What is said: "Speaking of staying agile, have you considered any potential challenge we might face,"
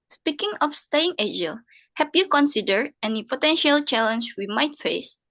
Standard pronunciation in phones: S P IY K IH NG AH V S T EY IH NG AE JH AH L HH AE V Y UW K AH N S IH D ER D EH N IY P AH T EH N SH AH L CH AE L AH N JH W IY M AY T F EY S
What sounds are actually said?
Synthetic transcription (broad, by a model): S P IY K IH NG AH F S T EY IH NG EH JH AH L HH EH P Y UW K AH N S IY D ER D EH N IY P AH T EH N SH AH L CH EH L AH N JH W IY M AY T F EY S